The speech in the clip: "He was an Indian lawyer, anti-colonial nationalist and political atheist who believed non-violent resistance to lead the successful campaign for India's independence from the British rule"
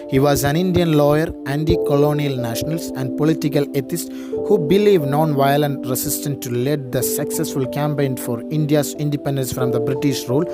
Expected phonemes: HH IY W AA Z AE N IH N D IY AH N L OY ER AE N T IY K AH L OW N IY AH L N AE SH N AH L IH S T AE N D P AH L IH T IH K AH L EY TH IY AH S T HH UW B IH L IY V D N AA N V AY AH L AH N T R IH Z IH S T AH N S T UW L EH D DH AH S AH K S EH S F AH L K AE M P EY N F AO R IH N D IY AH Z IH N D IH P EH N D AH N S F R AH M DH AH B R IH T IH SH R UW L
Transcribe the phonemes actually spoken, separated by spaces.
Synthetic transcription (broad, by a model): HH IY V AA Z AE N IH N D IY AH N L OY ER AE N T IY K AH L OW N IY AH L N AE SH N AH L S AE N D P AH L IH T IH K AH L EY T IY S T HH UW B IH L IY V N AA N V AY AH L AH N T R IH S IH S T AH N T UW L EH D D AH S AH K S EH S F AH L K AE M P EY N F AO R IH N D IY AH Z IH N D IH P EH N D AH N S F R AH M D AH B R IH T IH SH R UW L